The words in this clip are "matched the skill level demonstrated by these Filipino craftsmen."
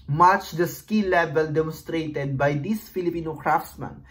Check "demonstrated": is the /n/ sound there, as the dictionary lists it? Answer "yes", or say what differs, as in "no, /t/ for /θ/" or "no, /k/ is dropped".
yes